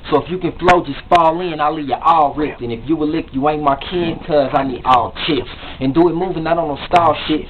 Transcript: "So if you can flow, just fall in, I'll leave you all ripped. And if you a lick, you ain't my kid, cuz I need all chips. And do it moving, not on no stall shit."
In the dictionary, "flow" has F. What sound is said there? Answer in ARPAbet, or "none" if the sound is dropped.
F